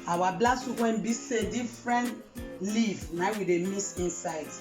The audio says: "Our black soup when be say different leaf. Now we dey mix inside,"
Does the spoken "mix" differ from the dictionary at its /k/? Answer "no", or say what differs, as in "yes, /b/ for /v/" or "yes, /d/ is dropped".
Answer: yes, /k/ is dropped